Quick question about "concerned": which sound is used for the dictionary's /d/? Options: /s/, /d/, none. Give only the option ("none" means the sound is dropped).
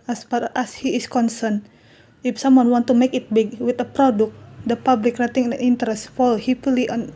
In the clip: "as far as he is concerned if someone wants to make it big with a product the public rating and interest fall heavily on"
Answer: none